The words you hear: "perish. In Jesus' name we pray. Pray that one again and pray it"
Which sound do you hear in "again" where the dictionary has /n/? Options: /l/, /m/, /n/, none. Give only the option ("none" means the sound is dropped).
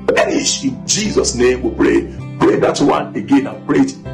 /n/